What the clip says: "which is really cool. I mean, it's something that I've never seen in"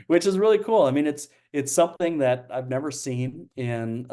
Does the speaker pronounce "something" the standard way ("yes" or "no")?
yes